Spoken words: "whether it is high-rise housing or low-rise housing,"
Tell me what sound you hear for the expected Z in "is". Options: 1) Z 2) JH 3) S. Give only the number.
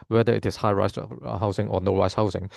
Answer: 3